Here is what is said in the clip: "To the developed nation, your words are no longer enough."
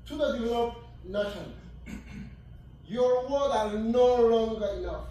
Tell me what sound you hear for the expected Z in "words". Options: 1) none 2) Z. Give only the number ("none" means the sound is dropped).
1